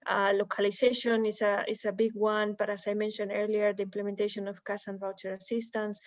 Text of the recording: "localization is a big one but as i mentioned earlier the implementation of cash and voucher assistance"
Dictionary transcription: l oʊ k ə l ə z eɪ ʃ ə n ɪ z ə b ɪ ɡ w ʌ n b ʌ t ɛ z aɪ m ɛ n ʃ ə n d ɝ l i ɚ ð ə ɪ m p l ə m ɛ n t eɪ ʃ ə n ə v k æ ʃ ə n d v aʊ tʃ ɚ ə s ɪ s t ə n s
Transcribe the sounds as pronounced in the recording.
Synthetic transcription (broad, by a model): l oʊ k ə l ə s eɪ ʃ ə n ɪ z ə b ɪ ɡ w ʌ n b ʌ t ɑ s aɪ m ɛ n ʃ ə n d ɝ l i ɚ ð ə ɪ m p l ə m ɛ n t eɪ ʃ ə n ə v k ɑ s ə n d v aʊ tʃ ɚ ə s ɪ s t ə n s